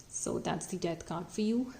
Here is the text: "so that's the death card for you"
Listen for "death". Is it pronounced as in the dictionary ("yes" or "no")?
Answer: no